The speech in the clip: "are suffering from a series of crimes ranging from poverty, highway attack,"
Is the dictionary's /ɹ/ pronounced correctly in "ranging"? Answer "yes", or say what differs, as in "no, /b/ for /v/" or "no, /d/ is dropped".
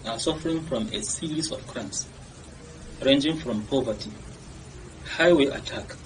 yes